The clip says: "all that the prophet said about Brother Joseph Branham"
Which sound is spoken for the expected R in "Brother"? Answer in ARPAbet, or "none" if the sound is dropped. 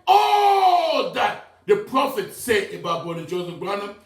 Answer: none